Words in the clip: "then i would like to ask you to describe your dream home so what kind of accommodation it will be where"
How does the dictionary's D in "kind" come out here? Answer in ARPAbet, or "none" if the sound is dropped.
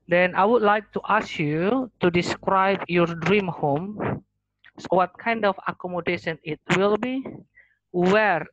D